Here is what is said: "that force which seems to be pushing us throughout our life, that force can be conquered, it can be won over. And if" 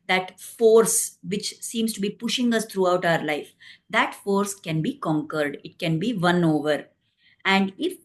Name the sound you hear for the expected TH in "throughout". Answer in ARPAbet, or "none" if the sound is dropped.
T